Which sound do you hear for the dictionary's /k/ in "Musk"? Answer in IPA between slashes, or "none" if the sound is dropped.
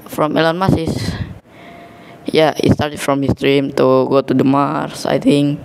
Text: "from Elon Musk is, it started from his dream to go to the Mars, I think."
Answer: none